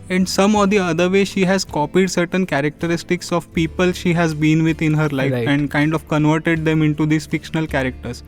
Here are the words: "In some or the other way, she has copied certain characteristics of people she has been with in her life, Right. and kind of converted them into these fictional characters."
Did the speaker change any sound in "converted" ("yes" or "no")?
no